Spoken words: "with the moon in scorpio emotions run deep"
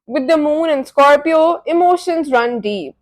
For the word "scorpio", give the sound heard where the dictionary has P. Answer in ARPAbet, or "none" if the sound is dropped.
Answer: P